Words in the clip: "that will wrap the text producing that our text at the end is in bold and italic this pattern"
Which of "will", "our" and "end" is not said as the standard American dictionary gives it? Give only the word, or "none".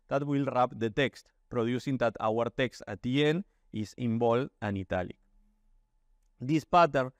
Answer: end